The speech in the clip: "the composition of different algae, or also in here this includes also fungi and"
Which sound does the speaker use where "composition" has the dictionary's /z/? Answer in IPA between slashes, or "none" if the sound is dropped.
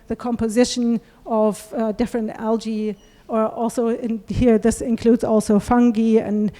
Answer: /z/